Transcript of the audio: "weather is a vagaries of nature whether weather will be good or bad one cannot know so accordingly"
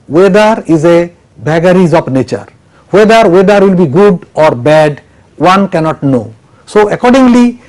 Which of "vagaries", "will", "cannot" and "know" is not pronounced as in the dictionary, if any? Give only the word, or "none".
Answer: vagaries